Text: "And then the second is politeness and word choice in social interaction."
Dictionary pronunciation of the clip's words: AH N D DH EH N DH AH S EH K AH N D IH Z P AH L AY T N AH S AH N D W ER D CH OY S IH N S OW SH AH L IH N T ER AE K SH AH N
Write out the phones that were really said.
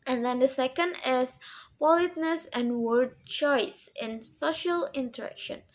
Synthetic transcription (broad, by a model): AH N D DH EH N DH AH S EH K AH N D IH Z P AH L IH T N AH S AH N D W ER D CH OY S IH N S OW SH AH L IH N T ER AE K SH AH N